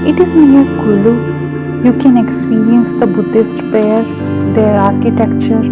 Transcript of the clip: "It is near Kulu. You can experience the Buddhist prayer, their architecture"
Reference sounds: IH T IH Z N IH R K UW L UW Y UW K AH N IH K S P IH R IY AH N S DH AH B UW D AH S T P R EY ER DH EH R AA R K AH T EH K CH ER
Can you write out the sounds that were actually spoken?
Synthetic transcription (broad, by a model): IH T IH Z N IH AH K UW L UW Y UW K AH N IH K S P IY R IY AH N S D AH B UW D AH S T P EY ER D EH R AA R K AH T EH K CH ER